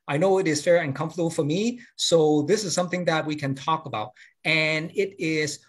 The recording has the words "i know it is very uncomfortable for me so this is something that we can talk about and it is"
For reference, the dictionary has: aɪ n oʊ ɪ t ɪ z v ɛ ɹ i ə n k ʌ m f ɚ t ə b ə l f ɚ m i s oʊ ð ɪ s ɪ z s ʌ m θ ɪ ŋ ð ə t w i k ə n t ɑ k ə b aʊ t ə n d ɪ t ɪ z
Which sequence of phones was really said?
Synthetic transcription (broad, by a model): aɪ n oʊ ɪ t ɪ z f ɛ ɹ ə n k ʌ m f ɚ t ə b l f ɚ m i s oʊ ð ɪ s ɪ z s ʌ m θ ɪ ŋ ð ə t w i k ə n t ɑ k ə b aʊ t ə n ɪ t ɪ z